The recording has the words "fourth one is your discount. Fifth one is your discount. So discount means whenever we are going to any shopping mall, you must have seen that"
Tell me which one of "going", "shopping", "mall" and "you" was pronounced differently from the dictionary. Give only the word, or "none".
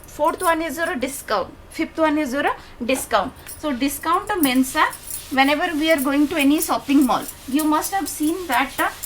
shopping